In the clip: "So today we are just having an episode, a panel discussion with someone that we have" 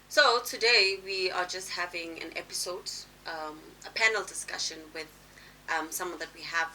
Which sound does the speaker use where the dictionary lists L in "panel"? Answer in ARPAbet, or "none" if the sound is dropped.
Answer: L